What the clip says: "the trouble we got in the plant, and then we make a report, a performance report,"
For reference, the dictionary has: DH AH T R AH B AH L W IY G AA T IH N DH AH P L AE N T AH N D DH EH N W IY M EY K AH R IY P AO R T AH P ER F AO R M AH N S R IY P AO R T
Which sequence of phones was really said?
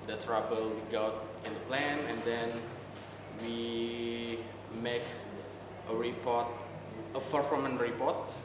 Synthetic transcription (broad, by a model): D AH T R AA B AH L W IY G AA T IH N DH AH P L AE N AH N D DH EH N W IY M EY K AH R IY P AO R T AH F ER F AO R M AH N R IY P AO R T